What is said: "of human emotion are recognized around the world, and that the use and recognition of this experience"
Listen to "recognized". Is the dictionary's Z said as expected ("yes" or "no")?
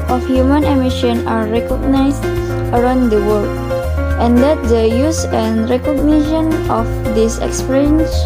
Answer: no